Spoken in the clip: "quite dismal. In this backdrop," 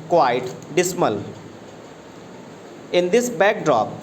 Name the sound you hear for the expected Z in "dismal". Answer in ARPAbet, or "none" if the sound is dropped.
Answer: S